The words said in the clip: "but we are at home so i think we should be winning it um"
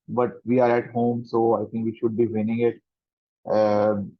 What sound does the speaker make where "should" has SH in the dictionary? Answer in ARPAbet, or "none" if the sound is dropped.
SH